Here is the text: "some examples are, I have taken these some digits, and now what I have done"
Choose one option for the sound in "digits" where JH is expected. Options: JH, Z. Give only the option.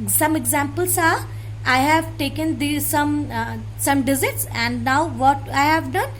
Z